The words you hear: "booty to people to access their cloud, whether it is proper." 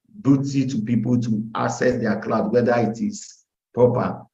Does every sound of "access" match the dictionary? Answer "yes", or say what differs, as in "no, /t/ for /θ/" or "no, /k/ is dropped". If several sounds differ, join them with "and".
no, /k/ is dropped